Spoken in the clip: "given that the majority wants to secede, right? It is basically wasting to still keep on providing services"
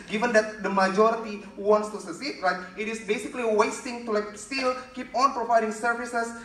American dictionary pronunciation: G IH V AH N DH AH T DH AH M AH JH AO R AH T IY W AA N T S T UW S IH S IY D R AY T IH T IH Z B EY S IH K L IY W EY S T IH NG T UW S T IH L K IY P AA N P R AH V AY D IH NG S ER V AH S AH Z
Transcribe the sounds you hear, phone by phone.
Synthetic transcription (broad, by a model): G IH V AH N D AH T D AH M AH JH AO R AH T IY W AA N T S T UW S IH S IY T R AY T IH T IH S B EY S IH K L IY W EY S T IH NG T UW S T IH L K IY P AA N P R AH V AY D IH NG S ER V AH S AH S